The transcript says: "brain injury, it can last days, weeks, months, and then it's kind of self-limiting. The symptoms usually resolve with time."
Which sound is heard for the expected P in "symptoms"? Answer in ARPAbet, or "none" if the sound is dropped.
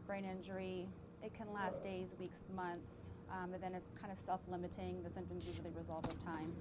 none